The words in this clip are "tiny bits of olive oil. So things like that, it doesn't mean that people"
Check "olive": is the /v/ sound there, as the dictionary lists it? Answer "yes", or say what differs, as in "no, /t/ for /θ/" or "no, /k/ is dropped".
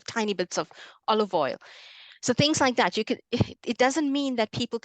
yes